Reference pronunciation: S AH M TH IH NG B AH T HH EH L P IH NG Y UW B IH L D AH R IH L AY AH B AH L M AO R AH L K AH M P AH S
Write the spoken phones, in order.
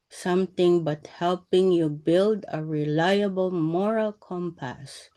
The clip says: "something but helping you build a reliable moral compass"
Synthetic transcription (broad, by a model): S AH M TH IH NG B AH T HH EH L P IH NG Y UW B IH L D AH R IH L AY AH B AH L M AO R AH L K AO M P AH S